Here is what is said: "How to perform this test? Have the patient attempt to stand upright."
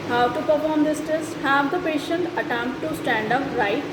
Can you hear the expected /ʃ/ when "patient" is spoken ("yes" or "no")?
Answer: yes